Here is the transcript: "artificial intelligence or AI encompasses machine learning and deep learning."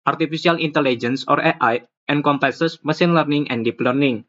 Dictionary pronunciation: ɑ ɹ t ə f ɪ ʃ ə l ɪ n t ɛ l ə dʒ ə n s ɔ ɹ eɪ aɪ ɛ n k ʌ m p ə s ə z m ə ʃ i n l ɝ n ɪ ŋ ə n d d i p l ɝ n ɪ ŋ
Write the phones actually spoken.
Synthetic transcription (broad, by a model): ɑ ɹ t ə f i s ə l ɪ n t ɛ l ə dʒ ə n s ɔ ɹ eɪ aɪ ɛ n k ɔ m p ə s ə s m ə s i n l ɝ n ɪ ŋ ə n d d i p l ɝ n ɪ ŋ